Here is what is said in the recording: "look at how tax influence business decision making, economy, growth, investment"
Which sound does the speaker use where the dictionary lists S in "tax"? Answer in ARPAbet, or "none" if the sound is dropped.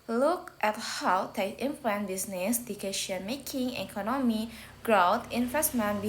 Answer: none